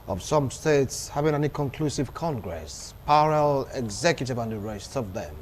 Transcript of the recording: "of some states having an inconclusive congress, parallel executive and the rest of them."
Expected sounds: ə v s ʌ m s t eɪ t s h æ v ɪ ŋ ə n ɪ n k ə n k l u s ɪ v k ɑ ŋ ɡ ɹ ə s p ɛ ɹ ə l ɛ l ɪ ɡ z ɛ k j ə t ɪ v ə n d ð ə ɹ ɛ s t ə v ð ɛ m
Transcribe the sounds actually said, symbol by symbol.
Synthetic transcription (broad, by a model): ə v s ʌ m s t eɪ t s h æ v ɪ ŋ ə n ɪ k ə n k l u s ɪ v k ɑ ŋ ɡ ɹ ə s p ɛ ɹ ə l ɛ ɡ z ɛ k j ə t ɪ v ə n d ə ɹ ɛ s t ə v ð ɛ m